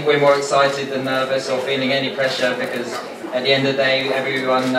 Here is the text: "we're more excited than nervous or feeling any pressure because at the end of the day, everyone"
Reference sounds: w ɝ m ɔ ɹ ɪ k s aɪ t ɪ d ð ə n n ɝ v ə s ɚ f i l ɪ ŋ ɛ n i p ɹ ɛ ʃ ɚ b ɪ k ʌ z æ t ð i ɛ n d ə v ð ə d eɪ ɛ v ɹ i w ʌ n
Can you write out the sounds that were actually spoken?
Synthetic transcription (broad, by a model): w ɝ m ɔ ɹ ɪ k s aɪ t ɪ d ð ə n n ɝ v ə s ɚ f i l ɪ ŋ ɛ n i p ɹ ɛ ʃ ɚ b ɪ k ʌ z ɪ t ð i ɛ n d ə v ð ə d eɪ ɛ v ɹ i w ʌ n